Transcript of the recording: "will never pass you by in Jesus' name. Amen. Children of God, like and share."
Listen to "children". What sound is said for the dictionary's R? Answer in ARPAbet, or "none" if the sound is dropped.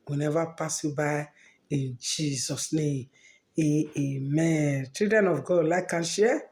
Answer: none